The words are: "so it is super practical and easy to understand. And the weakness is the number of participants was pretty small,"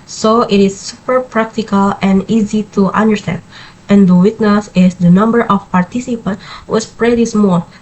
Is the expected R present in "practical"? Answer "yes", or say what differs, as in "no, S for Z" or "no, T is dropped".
yes